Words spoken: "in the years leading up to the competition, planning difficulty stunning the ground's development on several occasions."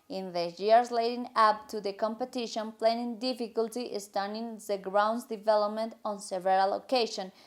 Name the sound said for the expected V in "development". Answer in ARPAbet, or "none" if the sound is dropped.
V